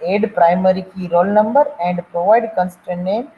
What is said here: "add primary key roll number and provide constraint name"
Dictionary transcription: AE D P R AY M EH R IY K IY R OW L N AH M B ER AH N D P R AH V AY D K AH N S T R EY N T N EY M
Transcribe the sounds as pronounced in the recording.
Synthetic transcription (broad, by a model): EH D P R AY M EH R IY K IY R OW L N AH M B ER AH N D P R AH V AY D K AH N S T EY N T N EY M